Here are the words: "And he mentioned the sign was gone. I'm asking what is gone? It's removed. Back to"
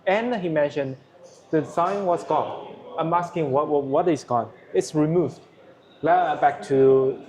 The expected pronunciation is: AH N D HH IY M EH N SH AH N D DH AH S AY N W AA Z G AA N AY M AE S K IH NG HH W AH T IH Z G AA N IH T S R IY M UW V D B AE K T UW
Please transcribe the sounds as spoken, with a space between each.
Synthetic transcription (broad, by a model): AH N HH IY M EH N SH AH N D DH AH S AY N W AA S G AA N AY M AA S K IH NG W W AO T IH S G AA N IH T S R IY M UW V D B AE K T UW